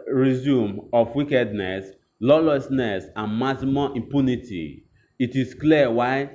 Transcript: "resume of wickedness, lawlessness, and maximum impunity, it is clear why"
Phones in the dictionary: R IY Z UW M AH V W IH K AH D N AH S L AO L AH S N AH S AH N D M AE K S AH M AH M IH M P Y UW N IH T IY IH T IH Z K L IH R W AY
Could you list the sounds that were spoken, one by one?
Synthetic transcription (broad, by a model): R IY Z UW M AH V W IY K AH D N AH S L AO L AH S N AH S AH N M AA S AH M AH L IH M P Y UW N IH T IY IH T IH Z K L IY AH W AY